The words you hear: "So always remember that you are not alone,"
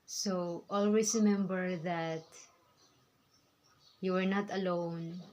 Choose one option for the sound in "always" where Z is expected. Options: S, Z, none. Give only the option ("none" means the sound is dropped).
S